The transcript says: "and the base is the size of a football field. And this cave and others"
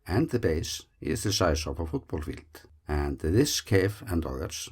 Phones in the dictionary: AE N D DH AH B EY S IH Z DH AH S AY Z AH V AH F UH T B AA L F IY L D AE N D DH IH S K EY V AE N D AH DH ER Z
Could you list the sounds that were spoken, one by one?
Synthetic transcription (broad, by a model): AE N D DH AH B EY S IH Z DH AH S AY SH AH P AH F UH T B AA L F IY L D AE N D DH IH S K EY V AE N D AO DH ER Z